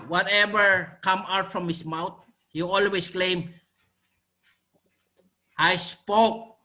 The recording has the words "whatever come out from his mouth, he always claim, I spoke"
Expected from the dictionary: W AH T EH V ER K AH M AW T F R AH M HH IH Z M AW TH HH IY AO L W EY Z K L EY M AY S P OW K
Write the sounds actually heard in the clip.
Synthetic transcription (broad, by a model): W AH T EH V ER K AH M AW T F R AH M HH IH S M AW T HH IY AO L W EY S K L EY M AY S P OW K